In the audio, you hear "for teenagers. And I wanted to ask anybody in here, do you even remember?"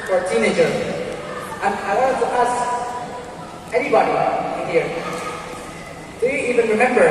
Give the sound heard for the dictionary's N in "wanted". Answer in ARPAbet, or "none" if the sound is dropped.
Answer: none